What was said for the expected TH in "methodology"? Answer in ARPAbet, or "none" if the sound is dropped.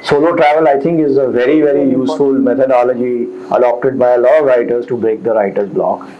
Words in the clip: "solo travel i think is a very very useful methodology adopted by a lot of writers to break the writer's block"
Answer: T